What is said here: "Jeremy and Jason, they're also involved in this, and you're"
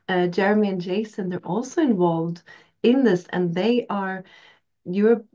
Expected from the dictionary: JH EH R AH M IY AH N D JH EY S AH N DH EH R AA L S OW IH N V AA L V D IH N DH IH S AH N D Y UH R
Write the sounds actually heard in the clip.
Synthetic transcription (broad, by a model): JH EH R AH M IY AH N JH EY S AH N DH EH R AA L S OW IH N V AA L V D IH N DH IH S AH N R Y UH R